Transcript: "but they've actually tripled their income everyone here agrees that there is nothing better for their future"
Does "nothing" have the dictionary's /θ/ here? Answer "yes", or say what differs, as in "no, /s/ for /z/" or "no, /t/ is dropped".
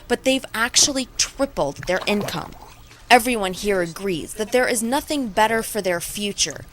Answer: yes